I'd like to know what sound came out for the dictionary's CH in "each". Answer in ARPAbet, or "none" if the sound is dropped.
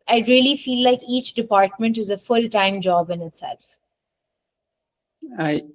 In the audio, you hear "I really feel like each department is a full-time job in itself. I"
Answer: CH